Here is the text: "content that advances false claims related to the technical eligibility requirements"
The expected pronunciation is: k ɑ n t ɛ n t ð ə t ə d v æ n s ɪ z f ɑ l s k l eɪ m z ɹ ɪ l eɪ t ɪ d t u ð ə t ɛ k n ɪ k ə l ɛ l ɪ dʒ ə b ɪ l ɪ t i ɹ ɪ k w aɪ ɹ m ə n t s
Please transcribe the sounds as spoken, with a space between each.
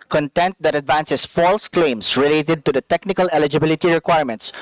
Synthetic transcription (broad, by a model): k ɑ n t ɛ n t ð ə t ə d v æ n s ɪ s f ɑ l s k l eɪ m s ɹ ɪ l eɪ t ɪ d t u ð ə t ɛ k n ɪ k ə l ɛ l ɪ dʒ ə b ɪ l ɪ t i ɹ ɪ k w aɪ ɹ m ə n t s